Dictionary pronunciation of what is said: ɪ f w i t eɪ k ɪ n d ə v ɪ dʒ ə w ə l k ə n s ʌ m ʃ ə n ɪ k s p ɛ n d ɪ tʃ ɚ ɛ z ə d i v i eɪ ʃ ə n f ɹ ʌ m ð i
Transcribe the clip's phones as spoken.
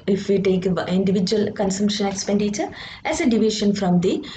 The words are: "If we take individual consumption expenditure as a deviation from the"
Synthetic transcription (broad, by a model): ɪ f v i t eɪ k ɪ n d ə v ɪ dʒ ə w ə l k ə n s ʌ m ʃ ə n ɪ k s p ɛ n d ɪ tʃ ɚ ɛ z ə d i v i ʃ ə n f ɹ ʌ m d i